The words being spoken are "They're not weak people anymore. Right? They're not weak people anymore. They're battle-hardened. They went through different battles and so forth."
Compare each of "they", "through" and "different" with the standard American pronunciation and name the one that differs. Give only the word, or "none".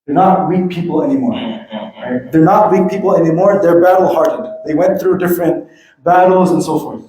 none